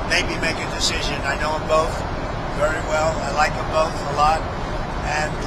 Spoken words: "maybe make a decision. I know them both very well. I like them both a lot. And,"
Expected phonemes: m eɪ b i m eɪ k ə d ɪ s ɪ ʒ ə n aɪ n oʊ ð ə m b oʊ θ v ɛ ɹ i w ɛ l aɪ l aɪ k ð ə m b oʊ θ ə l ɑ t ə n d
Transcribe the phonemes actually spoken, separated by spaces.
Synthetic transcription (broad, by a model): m eɪ b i m eɪ k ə d ɪ s ɪ ʒ ə n aɪ n oʊ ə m b oʊ θ v ɛ ɹ i w ɛ l aɪ l aɪ k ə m b oʊ θ ə l ɑ t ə n